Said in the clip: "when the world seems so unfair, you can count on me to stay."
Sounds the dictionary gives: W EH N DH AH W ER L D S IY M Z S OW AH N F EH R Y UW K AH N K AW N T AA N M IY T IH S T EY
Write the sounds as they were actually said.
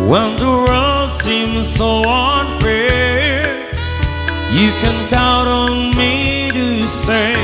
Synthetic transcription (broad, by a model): W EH N DH AH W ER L S IY M Z S OW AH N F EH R Y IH K AH N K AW T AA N M IY T IH S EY